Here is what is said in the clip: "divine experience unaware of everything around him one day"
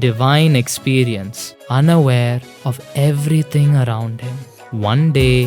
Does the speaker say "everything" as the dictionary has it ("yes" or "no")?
no